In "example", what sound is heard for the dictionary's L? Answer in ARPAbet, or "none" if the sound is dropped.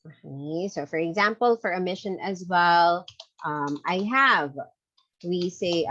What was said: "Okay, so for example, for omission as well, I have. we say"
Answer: L